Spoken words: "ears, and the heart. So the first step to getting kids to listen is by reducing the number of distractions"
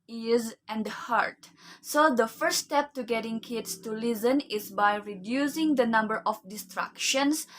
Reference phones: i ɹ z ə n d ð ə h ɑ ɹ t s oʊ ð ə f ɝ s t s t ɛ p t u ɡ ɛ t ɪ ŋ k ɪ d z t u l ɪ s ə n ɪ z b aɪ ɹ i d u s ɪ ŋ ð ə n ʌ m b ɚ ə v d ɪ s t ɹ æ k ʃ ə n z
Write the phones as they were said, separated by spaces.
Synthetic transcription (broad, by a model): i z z ə n d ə h ɑ ɹ t s oʊ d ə f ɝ t s t ɛ p t u ɡ ɛ t ɪ ŋ k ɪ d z t u l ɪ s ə n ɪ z b aɪ ɹ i d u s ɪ ŋ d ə n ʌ m b ɚ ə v d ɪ s t ɹ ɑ k ʃ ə n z